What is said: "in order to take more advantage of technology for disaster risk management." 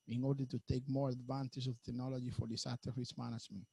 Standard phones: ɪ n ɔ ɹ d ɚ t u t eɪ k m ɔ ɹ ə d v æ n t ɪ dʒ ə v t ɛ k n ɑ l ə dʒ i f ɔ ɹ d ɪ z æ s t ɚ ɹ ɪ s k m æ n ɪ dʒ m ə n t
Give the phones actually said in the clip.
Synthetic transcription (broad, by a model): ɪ n ɔ ɹ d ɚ t u t eɪ k m ɔ ɹ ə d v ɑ n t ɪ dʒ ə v t ɛ k n ɑ l ə dʒ i f ɔ ɹ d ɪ s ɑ t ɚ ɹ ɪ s m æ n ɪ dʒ m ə n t